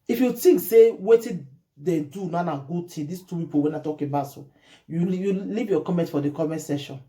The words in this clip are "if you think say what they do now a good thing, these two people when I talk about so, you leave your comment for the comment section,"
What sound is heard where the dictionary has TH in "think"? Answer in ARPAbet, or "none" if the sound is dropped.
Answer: T